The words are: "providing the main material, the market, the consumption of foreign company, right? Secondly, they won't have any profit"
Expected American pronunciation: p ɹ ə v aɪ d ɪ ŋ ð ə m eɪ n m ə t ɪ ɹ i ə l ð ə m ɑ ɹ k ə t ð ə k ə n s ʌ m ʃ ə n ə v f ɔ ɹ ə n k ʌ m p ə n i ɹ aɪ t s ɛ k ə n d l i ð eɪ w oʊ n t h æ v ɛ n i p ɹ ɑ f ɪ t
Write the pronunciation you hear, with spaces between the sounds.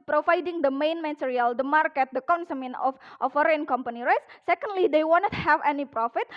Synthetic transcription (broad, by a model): p ɹ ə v aɪ d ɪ ŋ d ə m eɪ n m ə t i ɹ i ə l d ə m ɑ ɹ k ə t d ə k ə n s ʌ m ə n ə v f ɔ ɹ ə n k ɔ m p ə n i ɹ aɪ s s ɛ k ə n d l i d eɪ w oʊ n t h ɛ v ɛ n i p ɹ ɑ f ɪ t